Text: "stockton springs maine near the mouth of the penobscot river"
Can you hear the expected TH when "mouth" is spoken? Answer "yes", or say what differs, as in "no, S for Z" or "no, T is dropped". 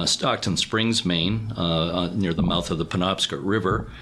yes